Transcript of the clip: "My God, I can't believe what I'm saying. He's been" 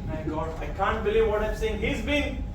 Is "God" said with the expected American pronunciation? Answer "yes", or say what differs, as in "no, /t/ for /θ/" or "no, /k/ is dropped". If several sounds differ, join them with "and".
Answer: no, /d/ is dropped